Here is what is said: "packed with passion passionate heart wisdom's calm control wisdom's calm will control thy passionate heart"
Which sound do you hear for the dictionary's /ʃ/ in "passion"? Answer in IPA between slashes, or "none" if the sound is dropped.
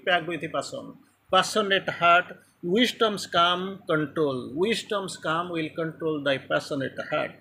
/s/